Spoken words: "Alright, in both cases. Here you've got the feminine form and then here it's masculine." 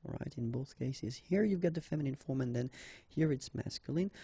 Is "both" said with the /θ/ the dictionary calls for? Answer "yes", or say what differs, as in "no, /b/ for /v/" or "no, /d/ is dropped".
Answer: yes